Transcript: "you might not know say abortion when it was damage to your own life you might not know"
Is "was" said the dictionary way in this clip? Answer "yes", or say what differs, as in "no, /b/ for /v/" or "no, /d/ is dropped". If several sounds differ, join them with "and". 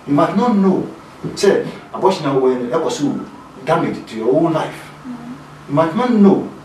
no, /s/ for /z/